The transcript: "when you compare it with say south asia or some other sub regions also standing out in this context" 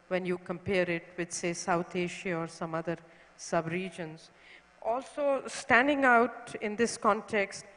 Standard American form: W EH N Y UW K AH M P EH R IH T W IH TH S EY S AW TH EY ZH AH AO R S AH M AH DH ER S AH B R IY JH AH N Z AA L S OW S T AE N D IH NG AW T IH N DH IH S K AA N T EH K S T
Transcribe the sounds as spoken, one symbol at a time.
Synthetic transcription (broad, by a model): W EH N Y UW K AH M P EH R IH T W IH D S EY S AW T EY SH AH AO R S AH M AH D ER S AH B R IY JH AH N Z AA L S OW S T AE N D IH NG AW T IH N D IH S K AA N T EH K S T